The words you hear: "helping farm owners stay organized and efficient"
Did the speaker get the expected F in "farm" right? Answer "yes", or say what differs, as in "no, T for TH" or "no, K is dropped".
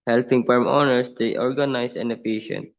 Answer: no, P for F